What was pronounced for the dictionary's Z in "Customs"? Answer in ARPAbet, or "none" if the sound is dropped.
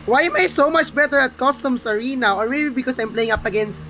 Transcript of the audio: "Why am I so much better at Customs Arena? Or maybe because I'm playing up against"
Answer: S